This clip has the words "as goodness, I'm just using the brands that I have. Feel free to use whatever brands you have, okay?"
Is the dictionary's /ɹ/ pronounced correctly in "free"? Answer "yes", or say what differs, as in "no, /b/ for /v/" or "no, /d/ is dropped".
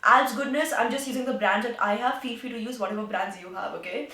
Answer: no, /ɹ/ is dropped